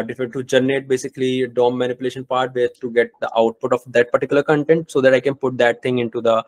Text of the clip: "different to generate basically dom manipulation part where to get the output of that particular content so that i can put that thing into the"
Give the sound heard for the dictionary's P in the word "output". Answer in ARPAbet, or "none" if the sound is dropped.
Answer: P